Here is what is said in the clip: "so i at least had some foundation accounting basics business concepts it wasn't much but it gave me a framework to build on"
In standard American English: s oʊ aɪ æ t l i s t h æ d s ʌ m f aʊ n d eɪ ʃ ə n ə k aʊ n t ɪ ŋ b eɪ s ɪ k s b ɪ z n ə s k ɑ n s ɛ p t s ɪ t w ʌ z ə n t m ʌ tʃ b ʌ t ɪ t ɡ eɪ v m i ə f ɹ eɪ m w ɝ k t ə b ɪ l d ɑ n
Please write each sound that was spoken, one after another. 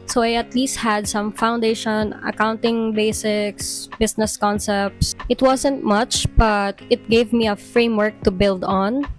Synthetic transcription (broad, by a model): s oʊ aɪ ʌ t l i s t h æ d s ʌ m f aʊ n d eɪ ʃ ə n ə k aʊ n t ɪ ŋ b eɪ s ɪ k s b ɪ s n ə s k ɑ n s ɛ p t s ɪ t w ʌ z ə n t m ʌ tʃ b ʌ t ɪ t ɡ eɪ v m i ə f ɹ eɪ m w ɝ k t ə b ɪ l d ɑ n